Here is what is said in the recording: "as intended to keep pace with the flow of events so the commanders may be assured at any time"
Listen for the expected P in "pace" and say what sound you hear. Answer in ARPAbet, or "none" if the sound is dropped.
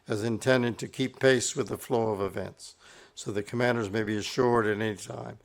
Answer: P